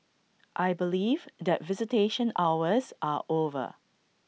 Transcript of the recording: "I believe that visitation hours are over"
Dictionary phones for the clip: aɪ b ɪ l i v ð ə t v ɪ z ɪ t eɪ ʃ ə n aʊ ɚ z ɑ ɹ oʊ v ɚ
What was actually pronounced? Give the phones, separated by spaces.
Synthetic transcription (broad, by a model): aɪ b ɪ l i v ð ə t v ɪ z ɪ t eɪ ʃ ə n aʊ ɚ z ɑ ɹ oʊ v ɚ